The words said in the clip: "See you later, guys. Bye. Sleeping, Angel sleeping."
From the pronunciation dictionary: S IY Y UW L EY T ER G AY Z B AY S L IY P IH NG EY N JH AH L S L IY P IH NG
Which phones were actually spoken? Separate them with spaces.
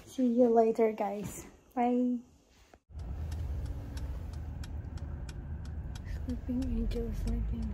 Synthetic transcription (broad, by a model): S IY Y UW L EY T ER G AY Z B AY S L IY P IH NG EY JH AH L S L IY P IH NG